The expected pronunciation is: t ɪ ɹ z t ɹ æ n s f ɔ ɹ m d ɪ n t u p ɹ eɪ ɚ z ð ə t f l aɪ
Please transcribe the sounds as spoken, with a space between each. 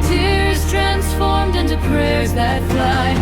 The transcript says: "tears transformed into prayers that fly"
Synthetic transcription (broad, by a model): t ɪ ɹ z t ɹ æ n s f ɔ ɹ m d ɪ n t u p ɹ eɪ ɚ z ð ə t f l aɪ